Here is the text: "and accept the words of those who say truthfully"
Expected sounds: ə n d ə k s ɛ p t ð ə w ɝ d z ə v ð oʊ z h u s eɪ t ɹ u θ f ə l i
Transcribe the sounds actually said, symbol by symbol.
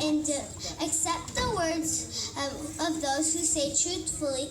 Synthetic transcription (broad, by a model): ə n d ə k s ɛ p t ð ə w ɝ d z ə v ð oʊ z h u s eɪ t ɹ u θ f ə l i